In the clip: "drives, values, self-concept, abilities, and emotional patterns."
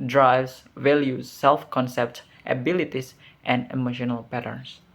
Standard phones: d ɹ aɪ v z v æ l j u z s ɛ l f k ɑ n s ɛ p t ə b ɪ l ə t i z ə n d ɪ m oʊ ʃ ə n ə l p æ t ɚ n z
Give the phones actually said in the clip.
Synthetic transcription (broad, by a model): d ɹ aɪ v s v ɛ l j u s ɛ l f k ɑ n s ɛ p t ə b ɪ l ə t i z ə n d ɪ m oʊ ʃ ə n ə l p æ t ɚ n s